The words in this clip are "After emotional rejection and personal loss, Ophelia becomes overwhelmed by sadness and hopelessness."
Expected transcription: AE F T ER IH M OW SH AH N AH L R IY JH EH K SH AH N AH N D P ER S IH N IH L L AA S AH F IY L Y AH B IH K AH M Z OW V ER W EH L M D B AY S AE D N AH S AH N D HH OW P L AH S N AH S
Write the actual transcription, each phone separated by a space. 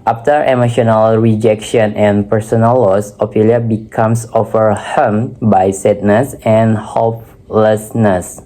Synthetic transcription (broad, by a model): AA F T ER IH M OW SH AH N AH L R IY JH EH K SH AH N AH N P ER S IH N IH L L AA S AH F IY L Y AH B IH K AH M S OW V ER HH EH M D B AY S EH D N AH S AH N HH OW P L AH S N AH S